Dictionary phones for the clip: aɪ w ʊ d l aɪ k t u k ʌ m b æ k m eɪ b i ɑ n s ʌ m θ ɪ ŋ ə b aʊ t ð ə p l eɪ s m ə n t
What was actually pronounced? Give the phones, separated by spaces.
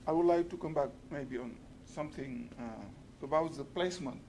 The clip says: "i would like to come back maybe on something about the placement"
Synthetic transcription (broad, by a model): aɪ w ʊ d l aɪ k t u k ʌ m b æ k m eɪ b i ɑ n s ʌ m t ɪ ŋ ə b aʊ t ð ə p l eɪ s m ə n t